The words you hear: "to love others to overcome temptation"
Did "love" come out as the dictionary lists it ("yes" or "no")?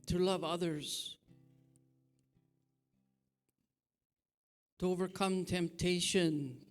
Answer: yes